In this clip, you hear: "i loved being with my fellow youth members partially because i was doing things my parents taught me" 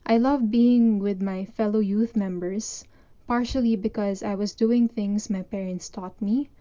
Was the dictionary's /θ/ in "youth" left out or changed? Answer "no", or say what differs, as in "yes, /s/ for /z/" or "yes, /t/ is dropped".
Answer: no